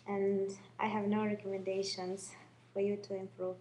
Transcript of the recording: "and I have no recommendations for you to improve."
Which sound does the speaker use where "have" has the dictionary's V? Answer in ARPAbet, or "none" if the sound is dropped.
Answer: V